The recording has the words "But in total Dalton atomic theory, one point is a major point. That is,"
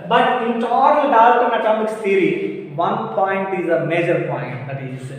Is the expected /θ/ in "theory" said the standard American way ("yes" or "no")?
no